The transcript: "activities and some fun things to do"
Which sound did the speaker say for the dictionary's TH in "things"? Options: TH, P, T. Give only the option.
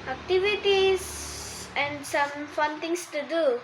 T